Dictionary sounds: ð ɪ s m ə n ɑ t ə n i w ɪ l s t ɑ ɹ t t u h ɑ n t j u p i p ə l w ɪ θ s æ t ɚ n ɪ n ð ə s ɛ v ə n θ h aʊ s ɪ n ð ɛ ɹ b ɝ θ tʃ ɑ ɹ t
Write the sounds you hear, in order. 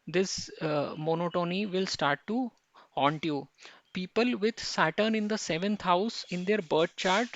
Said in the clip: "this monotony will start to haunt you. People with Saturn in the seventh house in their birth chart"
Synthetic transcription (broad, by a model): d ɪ s m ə n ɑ t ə n i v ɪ l s t ɑ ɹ t t u h ɑ n t j u p i p ə l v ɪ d s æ t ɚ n ɪ n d ə s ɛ v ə n t h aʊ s ɪ n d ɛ ɹ b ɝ t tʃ ɑ ɹ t